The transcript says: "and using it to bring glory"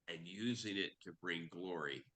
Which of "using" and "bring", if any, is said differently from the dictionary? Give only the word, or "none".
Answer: none